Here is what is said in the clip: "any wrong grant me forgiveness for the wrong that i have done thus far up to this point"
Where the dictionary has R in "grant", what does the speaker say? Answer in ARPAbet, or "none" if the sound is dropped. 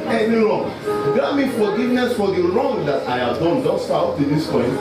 none